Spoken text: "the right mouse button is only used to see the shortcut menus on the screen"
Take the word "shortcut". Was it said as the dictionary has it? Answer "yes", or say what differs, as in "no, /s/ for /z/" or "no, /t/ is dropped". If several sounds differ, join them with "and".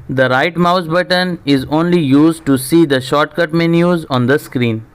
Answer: yes